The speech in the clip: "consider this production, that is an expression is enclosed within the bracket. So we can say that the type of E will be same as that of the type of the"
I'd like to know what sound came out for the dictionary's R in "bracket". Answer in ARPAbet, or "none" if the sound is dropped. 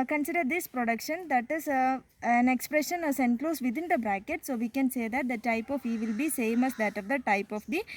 R